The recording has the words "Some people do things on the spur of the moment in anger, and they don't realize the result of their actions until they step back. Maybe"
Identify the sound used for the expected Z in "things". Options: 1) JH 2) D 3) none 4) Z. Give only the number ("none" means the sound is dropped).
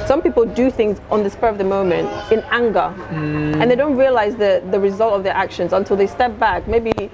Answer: 4